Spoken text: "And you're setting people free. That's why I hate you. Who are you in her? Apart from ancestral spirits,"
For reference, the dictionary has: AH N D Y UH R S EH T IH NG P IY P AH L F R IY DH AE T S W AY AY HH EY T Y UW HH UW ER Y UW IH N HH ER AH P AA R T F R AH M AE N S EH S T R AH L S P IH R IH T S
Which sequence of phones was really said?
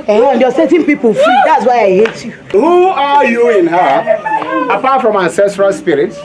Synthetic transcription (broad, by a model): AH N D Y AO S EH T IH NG P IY P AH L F IY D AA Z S W AY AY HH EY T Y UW HH UW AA Y UW IH N HH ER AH P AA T F R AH M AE N S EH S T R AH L S P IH R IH T